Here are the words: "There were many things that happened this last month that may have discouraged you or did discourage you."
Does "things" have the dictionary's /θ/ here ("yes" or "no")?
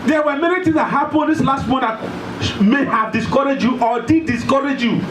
no